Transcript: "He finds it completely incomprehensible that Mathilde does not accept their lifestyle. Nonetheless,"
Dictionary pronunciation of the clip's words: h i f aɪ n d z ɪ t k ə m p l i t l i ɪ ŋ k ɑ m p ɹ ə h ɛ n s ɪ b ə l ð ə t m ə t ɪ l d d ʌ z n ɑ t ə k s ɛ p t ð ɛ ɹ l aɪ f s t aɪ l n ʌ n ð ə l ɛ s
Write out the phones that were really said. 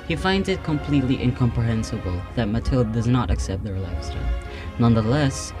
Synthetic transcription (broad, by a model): h i f aɪ n d z ɪ t k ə m p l i t l i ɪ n k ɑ m p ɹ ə h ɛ n s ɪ b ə l ð ə t m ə t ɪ l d d ʌ z n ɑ t ə k s ɛ p t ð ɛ ɹ l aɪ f s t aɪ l n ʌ n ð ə l ɛ s